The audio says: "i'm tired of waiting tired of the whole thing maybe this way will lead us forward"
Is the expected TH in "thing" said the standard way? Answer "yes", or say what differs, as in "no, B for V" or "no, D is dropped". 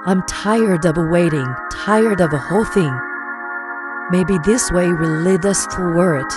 yes